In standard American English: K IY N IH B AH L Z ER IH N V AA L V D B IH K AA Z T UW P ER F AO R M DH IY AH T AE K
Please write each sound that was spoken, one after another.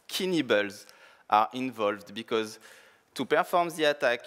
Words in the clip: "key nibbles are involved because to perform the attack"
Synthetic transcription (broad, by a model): K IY N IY B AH L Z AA IH N V AA L V D B IH K AA Z T UW P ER F AO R M DH IY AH T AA K